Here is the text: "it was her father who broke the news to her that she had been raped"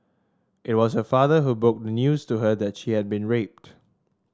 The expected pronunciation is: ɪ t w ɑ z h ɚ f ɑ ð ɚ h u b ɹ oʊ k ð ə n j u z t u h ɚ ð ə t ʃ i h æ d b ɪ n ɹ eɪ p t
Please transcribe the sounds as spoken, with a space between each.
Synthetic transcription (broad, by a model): ɪ t w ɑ s h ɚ f ɑ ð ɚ h u b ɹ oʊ k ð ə n j u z t u h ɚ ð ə t ʃ i h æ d b ɪ n ɹ eɪ p t